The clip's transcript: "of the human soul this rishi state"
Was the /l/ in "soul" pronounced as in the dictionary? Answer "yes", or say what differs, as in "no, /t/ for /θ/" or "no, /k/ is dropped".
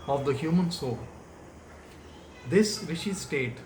yes